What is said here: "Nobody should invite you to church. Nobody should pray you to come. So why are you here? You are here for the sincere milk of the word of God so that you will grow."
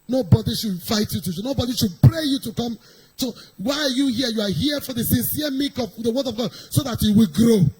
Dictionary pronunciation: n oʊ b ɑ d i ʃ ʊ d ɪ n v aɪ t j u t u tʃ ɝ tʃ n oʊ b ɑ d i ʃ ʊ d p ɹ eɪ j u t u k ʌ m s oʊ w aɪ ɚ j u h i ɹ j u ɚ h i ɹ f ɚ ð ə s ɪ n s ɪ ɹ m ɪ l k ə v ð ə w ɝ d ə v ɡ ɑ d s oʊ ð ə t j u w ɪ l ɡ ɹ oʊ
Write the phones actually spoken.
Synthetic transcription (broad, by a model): n oʊ b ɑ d i ʃ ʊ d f aɪ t j u t u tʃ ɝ n oʊ b ɑ d i ʃ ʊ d p ɹ eɪ j u t u k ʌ m s oʊ w aɪ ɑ j u h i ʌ j u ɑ h i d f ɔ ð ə s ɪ n s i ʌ m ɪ k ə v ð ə w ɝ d ə v ɡ ɑ d s oʊ ð ə t j u w ɪ l ɡ ɹ oʊ